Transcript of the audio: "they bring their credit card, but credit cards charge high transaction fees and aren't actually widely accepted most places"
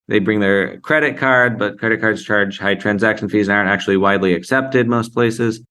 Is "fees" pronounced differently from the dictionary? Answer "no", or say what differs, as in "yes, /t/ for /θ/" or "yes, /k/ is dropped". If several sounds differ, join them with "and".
no